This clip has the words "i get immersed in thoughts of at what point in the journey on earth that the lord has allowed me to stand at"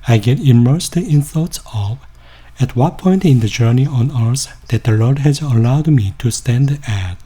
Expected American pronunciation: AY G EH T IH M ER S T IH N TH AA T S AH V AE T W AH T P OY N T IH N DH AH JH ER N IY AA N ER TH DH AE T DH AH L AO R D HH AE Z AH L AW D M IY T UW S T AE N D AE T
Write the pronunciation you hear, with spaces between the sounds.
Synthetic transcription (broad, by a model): AY G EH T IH M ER S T IH N TH AA T S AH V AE T W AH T P OY N T IH N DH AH JH ER N IY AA N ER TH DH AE T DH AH L AO R D HH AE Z AH L AW D M IY T UW S T AE N D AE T